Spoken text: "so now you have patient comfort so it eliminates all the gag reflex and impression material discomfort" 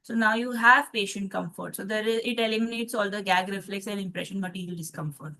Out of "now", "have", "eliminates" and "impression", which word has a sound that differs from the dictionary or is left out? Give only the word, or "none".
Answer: none